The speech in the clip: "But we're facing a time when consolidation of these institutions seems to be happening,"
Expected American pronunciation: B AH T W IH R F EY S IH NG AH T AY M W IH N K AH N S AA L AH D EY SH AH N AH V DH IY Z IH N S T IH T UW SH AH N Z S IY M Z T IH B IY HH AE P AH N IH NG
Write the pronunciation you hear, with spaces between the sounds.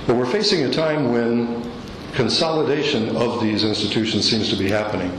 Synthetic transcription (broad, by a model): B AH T W IH R F EY S IH NG AH T AY M W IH N K AH N S AA L AH D EY SH AH N AH V DH IY Z IH N S T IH T UW SH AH N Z S IY M Z T IH B IY HH AE P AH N IH NG